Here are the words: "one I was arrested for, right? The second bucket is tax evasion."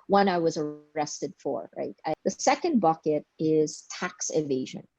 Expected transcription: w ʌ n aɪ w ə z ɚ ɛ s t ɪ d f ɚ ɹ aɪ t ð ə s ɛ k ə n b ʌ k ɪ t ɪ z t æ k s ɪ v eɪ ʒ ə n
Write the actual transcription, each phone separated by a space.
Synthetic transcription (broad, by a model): w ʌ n aɪ w ə z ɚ ɛ s t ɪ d f ɚ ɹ aɪ t ð ə s ɛ k ə n b ʌ k ɪ t ɪ z t æ k s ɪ v eɪ ʒ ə n